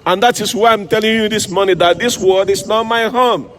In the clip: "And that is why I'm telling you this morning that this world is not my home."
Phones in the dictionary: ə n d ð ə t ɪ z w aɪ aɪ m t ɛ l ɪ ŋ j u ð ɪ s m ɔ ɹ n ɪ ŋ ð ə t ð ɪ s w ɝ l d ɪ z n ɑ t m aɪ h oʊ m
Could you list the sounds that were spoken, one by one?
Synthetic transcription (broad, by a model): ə n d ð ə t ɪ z w aɪ aɪ m t ɛ l ɪ ŋ j u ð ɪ s m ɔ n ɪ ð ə t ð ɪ s w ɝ d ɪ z n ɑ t m aɪ h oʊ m